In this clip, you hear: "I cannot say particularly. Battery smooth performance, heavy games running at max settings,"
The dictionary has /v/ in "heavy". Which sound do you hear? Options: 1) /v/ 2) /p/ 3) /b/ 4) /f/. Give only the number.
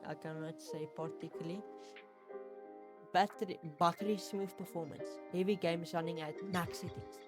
1